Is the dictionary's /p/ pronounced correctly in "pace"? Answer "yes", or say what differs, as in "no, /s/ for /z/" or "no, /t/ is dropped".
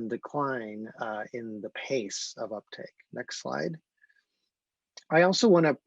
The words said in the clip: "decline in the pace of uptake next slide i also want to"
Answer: yes